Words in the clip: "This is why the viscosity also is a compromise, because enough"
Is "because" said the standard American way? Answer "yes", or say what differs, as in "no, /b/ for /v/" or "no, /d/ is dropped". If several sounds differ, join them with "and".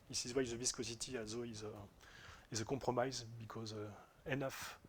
yes